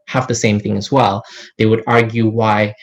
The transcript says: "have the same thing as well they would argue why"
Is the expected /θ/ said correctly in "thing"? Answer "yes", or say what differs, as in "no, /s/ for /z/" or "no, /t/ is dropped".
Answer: yes